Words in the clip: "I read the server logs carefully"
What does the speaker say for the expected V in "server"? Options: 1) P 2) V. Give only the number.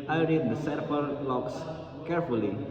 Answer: 1